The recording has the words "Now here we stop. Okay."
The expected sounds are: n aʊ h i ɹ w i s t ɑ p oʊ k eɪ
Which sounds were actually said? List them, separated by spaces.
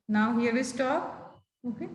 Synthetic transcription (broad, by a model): n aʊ h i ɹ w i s t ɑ oʊ k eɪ